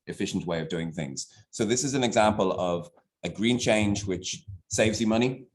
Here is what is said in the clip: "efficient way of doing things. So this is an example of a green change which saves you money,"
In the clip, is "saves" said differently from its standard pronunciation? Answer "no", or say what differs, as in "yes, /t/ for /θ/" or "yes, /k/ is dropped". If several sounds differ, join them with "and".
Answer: no